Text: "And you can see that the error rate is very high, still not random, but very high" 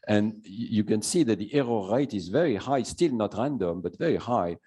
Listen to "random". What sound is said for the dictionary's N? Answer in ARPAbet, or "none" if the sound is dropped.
N